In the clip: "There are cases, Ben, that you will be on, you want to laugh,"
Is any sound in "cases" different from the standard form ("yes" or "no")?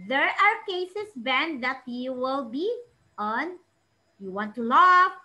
yes